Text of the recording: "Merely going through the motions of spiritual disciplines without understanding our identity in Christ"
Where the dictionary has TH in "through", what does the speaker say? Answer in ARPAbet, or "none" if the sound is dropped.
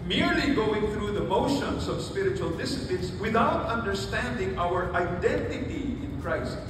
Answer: TH